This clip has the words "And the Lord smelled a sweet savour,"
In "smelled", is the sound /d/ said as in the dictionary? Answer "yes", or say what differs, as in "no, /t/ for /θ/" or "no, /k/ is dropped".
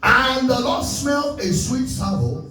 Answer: no, /d/ is dropped